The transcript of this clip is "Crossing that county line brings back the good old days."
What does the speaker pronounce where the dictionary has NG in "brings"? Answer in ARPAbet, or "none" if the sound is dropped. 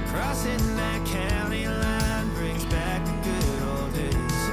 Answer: NG